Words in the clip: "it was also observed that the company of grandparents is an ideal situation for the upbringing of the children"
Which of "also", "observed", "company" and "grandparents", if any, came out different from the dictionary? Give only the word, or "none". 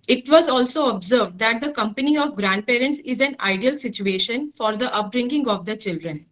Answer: none